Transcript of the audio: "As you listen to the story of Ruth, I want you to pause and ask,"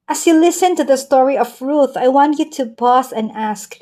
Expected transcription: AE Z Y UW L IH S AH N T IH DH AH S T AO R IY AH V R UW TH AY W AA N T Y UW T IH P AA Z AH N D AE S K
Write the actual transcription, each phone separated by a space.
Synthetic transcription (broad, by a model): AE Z Y UW L IH S AH N T IH DH AH S T AO R IY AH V R UW TH AY W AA N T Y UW T IH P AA S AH N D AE S K